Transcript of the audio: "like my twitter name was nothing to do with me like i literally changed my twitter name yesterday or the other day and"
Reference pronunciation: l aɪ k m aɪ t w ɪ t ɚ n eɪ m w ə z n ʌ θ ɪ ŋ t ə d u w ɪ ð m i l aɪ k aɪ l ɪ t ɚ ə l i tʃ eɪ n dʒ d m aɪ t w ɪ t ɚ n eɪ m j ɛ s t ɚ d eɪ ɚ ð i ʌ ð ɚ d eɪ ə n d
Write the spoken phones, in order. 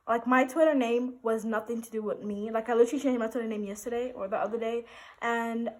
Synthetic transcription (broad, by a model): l aɪ k m aɪ t w ɪ t ɚ n eɪ m w ə z n ʌ θ ɪ ŋ t ə d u w ɪ ð m i l aɪ k aɪ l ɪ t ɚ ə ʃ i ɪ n m aɪ t w ɪ t ɚ n eɪ m j ɛ s t ɚ d eɪ ɚ ð i ʌ ð ɚ d eɪ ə n